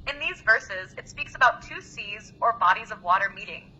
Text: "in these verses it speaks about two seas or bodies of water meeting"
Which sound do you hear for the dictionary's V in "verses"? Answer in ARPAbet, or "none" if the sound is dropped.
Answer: V